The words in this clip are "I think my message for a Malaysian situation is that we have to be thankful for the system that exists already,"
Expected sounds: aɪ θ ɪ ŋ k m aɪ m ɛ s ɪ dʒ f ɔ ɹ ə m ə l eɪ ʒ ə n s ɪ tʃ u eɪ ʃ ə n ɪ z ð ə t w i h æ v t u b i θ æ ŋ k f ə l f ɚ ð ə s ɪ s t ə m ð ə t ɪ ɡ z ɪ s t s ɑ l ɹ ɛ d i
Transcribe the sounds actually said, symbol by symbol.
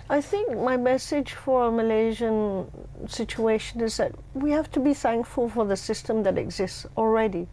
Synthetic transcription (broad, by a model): aɪ θ ɪ ŋ k m aɪ m ɛ s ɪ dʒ f ɔ ɹ ə m ə l eɪ ʒ ə n s ɪ tʃ u eɪ ʃ ə n ɪ z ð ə t w i h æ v t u b i θ æ ŋ k f ə l f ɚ ð ə s ɪ s t ə m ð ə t ɪ ɡ z ɪ s t s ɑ l ɹ ɛ d i